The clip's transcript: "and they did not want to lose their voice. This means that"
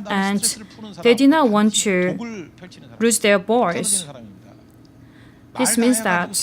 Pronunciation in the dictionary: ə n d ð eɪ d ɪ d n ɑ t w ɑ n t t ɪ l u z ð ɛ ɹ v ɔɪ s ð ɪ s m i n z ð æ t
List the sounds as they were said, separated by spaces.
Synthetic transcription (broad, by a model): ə n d ð eɪ d ɪ d n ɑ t w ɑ n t t ɪ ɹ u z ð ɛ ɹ b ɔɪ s ð ɪ s m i n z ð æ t